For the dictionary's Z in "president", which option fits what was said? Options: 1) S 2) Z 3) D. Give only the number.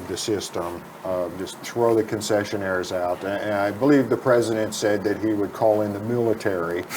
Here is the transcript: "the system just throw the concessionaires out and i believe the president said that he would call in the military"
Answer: 2